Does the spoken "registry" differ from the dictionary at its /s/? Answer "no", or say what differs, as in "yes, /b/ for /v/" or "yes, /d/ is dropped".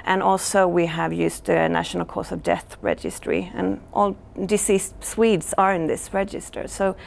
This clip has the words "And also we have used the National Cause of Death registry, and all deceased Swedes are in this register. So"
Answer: no